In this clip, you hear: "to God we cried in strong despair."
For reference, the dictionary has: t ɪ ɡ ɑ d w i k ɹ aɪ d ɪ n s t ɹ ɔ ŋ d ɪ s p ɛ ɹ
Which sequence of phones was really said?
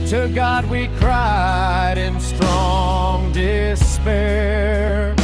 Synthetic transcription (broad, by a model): t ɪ ɡ ɑ d w i k ɹ aɪ d ɪ n s t ɹ ɔ ŋ d ɪ s p ɛ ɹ